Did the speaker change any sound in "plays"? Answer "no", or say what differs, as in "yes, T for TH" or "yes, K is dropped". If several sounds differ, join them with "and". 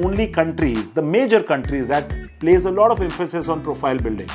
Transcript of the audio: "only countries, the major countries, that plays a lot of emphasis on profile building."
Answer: no